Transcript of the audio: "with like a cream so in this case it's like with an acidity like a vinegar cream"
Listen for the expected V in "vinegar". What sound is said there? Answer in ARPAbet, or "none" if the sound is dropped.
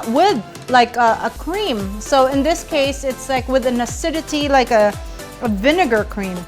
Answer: V